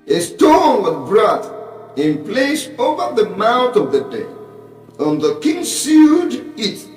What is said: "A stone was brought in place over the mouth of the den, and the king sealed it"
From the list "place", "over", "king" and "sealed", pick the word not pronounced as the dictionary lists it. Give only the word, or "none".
sealed